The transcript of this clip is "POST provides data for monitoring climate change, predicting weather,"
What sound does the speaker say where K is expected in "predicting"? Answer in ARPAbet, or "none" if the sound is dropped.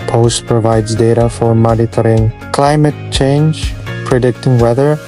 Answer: K